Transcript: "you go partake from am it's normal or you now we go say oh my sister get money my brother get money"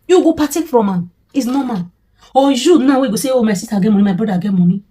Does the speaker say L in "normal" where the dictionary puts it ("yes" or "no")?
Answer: no